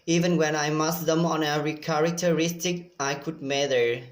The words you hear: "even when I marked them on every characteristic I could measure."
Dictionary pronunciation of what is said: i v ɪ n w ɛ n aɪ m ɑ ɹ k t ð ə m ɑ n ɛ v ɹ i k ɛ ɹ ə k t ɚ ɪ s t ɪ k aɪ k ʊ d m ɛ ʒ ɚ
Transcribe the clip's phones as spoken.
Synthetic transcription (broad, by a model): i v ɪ n w ɛ n aɪ m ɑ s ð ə m ɑ n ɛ ɹ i k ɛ ɹ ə k t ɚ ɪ s t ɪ k aɪ k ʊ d m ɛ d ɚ